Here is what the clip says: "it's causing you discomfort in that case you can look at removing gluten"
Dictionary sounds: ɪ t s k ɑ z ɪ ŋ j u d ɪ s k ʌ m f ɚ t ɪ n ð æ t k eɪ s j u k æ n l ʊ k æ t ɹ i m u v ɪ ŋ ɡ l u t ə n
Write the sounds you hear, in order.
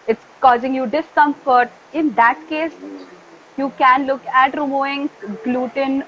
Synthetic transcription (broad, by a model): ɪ t s k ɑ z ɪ ŋ j u d ɪ s k ʌ m f ɚ t ɪ n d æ t k eɪ s j u k æ n l ʊ k æ t ɹ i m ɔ ɪ ŋ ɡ l u t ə n